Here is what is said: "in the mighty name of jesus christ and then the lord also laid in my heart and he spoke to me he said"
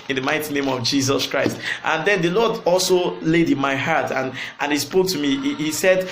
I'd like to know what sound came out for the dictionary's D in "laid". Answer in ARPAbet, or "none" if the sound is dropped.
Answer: D